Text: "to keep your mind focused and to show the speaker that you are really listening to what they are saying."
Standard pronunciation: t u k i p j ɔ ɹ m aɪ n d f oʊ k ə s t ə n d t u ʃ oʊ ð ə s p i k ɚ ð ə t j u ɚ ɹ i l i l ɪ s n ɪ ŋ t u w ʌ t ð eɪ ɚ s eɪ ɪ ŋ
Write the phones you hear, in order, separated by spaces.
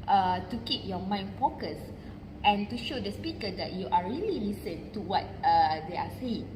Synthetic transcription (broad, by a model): t u k i p j ɔ m aɪ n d f oʊ k ə s t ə n t u ʃ oʊ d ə s p i k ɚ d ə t j u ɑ ɹ i l i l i s ɪ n t u w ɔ t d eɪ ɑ s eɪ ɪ ŋ